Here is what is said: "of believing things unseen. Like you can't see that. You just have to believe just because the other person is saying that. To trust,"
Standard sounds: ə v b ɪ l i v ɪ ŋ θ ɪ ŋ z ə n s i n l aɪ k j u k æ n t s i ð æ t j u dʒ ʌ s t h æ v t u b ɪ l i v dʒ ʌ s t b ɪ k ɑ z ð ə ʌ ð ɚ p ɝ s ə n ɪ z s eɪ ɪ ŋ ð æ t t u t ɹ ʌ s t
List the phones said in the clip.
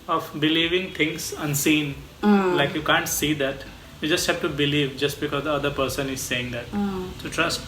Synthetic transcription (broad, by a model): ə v b ɪ l i v ɪ ŋ t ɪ ŋ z ə n s i n l aɪ k j u k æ n t s i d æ t j u dʒ ʌ s t h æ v t u b ɪ l i v dʒ ʌ s t b ɪ k ɑ z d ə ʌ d ɚ p ɝ s ə n ɪ z s eɪ ɪ ŋ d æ t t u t ɹ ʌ s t